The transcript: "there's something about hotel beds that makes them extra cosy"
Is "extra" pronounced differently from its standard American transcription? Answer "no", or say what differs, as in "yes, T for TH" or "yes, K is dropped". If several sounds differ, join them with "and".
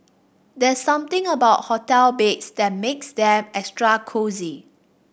no